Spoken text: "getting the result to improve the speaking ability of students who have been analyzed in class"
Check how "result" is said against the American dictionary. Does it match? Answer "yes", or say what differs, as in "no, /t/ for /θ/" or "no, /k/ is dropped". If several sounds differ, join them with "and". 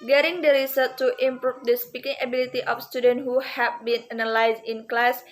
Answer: no, /s/ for /z/ and /l/ is dropped